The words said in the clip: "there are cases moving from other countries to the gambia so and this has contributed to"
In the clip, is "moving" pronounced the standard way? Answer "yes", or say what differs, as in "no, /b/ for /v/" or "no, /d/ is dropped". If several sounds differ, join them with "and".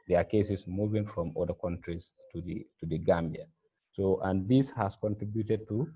yes